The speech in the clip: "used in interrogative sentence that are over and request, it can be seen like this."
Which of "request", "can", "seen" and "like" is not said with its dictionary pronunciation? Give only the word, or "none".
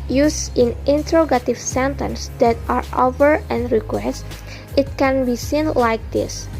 none